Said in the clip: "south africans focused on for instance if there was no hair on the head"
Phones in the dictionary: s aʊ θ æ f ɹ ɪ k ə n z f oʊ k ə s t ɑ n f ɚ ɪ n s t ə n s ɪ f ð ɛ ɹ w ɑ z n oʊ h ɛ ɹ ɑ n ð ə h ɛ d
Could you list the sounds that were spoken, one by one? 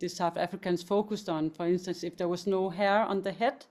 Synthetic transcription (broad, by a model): s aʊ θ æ f ɹ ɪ k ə n s f oʊ k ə s ɑ n f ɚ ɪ n s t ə n s ɪ f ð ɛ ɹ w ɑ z n oʊ h ɛ ɹ ɑ n ð ə h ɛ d